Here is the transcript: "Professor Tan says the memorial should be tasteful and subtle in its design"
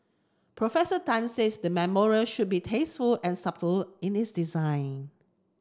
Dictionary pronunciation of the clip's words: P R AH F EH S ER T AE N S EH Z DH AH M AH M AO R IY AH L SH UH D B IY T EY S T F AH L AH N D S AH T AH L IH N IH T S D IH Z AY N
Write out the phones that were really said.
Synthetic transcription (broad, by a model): P R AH F EH S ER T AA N S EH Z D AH M AH M AO R IY AH L SH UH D B IY T EY S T F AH L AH N S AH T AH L IH N IH T S D IH Z AY N